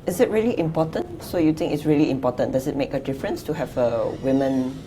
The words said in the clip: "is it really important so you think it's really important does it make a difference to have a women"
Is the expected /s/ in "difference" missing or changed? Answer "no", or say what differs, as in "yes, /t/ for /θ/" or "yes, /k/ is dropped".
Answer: no